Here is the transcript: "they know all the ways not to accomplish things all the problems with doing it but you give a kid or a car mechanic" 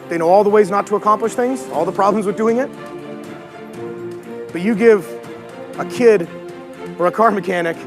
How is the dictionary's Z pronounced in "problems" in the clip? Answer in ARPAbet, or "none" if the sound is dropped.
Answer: Z